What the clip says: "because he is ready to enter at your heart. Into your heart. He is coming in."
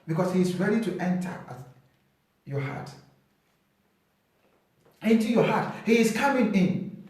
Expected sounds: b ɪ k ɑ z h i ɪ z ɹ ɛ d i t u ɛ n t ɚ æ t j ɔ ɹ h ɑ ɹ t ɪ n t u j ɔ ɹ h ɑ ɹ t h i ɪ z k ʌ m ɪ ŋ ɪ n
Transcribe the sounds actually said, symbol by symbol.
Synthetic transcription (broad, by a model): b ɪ k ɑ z h i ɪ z ɹ ɛ d i t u ɛ n t ɚ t j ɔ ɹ h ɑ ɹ t ɪ n t u j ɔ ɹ h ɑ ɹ t h i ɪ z k ʌ m ɪ ŋ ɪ n